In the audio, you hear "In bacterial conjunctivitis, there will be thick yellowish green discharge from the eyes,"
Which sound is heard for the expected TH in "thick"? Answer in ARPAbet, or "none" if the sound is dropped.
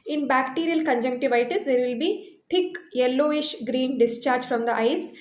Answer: T